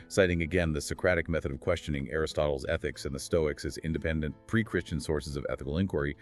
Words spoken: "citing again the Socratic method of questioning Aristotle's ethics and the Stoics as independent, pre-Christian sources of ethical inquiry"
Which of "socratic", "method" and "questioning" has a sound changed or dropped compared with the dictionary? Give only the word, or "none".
none